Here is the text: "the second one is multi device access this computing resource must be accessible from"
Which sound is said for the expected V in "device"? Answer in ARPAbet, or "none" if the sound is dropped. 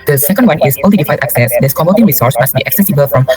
F